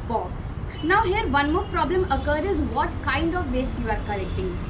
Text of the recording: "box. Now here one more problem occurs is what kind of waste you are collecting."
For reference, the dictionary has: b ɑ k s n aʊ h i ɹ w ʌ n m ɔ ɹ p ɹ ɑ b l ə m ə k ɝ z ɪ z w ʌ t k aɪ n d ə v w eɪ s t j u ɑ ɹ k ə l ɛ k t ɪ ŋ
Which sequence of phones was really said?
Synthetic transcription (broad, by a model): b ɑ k s n aʊ h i ɹ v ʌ n m ɔ ɹ p ɹ ɑ b l ə m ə k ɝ ɪ z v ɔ t k aɪ n d ə v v eɪ s t j u ɑ ɹ k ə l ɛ k t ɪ ŋ